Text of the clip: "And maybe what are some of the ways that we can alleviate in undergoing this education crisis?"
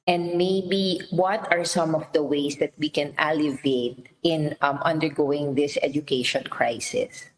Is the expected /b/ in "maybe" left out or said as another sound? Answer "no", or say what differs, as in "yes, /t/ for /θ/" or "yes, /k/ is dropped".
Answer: no